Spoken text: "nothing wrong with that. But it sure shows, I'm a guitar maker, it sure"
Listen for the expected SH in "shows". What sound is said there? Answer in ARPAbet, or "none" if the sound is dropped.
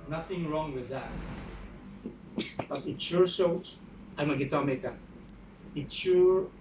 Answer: S